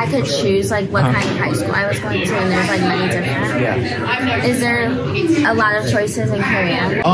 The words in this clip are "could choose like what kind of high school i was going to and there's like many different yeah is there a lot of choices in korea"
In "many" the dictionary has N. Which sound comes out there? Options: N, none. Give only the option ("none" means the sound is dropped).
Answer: none